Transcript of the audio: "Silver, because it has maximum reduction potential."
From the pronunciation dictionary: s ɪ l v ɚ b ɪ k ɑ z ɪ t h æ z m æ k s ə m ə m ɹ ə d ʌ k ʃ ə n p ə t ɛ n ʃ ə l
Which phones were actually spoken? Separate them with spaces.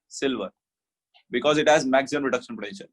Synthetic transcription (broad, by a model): s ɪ l v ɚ b ɪ k ɑ z ɪ t h æ z m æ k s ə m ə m ɹ ə d ʌ k ʃ ə n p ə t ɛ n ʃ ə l